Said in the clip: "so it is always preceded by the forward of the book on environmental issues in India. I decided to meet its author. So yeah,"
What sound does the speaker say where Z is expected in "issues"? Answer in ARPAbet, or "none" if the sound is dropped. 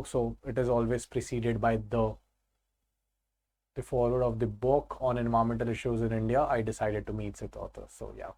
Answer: Z